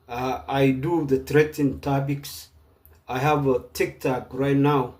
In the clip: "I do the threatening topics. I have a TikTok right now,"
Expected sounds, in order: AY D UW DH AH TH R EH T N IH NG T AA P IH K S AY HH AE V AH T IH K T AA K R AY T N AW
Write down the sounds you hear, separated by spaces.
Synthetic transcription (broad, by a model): AY D UW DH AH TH R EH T IH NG T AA B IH K S AY HH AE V AH T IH K T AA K R AY T N AW